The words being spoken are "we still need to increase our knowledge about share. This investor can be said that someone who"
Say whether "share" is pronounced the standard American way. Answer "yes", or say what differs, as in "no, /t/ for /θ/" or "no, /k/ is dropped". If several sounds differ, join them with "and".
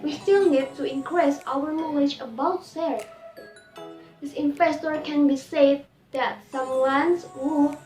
no, /s/ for /ʃ/